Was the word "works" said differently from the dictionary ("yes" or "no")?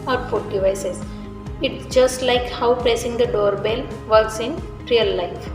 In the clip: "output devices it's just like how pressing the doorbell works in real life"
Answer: yes